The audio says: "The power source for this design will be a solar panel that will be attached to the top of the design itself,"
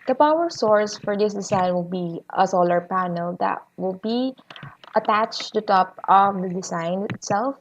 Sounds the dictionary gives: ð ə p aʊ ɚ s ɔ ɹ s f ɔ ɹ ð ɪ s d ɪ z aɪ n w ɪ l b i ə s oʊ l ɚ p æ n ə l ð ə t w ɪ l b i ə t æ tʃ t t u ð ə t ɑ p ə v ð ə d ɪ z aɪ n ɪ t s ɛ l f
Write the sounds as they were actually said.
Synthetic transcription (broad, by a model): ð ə p aʊ ɚ s ɔ ɹ s f ɔ ɹ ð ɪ s d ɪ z aɪ n w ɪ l b i ə s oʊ l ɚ p æ n ə l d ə t w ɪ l b i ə t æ tʃ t t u t ɑ p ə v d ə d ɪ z aɪ n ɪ t s ɛ l f